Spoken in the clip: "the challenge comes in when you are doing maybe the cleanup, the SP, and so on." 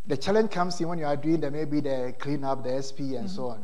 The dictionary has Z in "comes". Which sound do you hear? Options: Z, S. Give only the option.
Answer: S